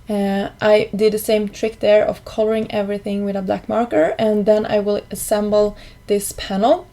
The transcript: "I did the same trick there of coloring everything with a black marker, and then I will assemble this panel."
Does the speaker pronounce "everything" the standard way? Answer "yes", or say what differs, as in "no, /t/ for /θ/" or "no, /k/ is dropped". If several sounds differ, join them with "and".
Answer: yes